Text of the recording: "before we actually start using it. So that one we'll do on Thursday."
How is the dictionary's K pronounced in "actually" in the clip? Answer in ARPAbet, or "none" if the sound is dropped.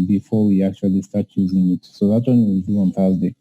K